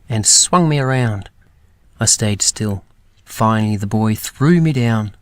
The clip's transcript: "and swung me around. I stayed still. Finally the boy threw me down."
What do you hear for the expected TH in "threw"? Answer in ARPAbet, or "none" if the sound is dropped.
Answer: TH